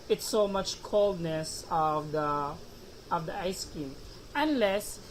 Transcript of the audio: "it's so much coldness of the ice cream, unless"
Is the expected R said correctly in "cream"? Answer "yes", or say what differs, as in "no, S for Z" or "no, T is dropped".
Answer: no, R is dropped